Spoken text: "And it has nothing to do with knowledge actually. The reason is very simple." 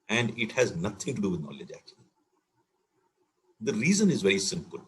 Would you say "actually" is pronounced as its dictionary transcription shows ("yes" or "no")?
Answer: no